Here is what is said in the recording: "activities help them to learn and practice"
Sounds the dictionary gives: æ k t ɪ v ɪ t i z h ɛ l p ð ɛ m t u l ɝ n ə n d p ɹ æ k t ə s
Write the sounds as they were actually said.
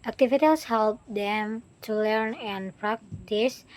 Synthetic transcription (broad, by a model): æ k t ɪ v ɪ t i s h ɛ l p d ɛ m t u l ɝ n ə n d p ɹ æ k t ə s